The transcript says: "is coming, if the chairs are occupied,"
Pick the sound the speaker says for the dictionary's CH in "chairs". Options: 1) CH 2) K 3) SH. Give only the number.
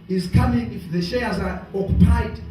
3